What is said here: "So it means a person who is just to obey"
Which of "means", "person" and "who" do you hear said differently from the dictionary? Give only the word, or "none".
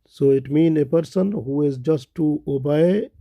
means